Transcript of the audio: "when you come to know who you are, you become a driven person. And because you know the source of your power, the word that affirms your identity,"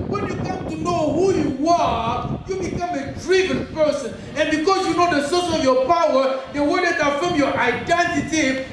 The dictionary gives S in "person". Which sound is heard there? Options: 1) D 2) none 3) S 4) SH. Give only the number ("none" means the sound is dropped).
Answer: 3